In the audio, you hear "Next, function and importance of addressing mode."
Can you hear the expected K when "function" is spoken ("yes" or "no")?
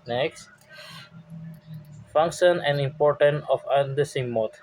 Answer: yes